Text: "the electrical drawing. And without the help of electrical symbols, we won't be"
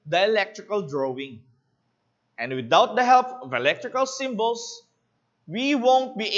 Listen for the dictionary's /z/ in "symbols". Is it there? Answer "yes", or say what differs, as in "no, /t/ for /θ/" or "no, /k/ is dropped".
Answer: no, /s/ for /z/